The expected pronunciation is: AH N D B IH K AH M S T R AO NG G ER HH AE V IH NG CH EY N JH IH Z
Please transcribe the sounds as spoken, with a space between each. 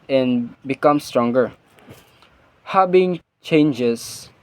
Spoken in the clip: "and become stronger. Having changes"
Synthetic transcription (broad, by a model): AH N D B IH K AH M S T R AO NG G ER HH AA B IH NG CH EY N JH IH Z